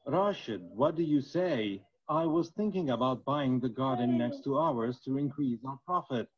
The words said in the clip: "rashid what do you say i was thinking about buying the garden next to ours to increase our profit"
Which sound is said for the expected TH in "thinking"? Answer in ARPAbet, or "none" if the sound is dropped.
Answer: TH